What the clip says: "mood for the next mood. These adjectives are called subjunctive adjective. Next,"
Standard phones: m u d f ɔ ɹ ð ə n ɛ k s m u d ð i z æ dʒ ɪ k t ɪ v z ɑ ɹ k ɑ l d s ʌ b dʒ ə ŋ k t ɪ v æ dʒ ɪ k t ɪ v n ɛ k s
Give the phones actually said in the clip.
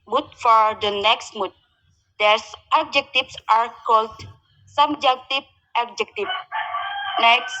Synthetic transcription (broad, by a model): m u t f ɔ ɹ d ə n ɛ k s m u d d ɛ s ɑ dʒ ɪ k t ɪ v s ɑ ɹ k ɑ l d s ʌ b dʒ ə k t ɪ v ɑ dʒ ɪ k t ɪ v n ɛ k s